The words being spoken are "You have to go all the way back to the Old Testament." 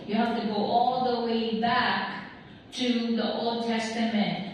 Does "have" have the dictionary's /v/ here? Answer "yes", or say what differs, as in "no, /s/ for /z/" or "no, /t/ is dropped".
no, /f/ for /v/